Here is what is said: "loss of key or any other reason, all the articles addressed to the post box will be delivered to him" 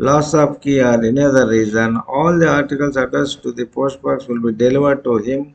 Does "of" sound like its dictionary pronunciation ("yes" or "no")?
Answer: no